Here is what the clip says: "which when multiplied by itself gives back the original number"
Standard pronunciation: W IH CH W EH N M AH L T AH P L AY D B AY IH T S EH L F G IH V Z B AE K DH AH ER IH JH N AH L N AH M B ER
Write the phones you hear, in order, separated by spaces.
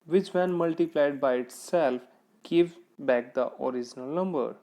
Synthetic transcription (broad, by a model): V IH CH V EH N M AH L T AH P L AY D B AY IH T S EH L F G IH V B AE K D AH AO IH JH N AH L N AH M B ER